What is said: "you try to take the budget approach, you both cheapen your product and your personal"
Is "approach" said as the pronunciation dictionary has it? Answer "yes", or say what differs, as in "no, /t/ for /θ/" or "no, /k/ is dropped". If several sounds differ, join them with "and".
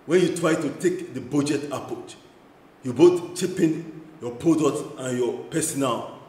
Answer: no, /ɹ/ is dropped